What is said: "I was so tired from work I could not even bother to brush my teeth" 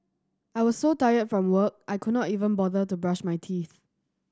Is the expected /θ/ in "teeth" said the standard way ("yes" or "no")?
yes